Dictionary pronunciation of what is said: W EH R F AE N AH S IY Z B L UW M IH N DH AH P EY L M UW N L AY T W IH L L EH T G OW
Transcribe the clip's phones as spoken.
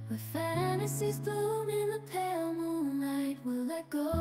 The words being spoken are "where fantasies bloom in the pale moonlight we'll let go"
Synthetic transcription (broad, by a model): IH F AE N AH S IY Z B UW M IH N DH AH P EY L M UW N L AY T W IH L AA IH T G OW